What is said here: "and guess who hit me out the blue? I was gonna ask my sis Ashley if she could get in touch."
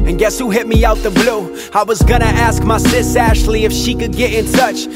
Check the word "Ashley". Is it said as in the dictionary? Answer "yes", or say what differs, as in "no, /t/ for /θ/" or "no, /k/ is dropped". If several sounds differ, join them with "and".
yes